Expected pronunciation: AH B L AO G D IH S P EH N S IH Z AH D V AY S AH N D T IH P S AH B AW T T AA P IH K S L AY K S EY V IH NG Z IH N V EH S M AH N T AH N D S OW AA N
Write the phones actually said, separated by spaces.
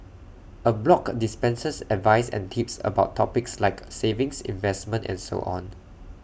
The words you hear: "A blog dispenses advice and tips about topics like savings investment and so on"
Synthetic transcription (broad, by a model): AH B L AO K D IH S P EH N S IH S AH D V AY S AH N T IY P S AH B AW T T AA P IH K S L AY K S EY V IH NG S IH N V EH S M AH N T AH N S OW AA N